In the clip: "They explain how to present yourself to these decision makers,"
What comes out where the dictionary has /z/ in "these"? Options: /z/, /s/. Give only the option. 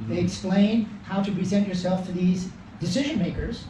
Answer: /z/